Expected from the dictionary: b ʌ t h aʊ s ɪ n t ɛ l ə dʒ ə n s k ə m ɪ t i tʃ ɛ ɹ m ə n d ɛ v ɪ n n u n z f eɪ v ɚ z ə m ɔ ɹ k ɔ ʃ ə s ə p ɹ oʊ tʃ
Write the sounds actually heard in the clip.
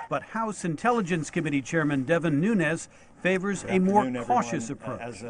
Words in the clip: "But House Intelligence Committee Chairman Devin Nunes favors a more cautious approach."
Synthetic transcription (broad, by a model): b ʌ t h aʊ s ɪ n t ɛ l ə dʒ ə n s k ə m ɪ t i tʃ ɛ ɹ m ə n d ɛ v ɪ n n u n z f eɪ v ɚ z ə m ɔ ɹ k ɔ ʃ ə s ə p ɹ oʊ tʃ